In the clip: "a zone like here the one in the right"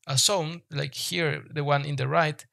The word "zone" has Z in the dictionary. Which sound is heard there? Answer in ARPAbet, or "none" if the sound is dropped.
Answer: S